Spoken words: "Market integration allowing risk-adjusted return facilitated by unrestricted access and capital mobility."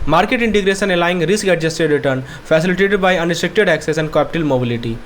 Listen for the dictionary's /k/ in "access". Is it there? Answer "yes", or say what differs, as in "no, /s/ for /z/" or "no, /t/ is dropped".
yes